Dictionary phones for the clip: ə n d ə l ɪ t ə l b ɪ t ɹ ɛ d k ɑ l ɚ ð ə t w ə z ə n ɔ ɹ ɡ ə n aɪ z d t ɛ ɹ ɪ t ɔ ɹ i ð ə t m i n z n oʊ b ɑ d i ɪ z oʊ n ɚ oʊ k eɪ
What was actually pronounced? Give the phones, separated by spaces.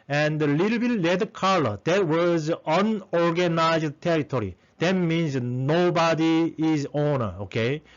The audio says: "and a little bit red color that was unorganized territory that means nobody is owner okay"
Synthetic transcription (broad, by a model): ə n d ə l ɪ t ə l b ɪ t l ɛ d k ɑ l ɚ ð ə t w ə z ə n ɔ ɹ ɡ ə n aɪ z d t ɛ ɹ ɪ t ɔ ɹ i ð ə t m i n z n oʊ b ɑ d i ɪ z oʊ n ɚ oʊ k eɪ